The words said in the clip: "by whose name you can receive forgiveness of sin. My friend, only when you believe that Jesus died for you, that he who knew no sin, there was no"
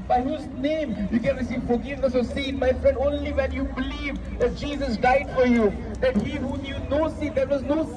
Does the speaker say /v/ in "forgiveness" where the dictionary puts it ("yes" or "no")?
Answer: yes